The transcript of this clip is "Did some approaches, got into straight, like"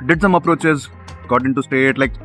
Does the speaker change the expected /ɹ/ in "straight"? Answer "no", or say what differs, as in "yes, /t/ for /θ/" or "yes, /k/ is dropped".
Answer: yes, /ɹ/ is dropped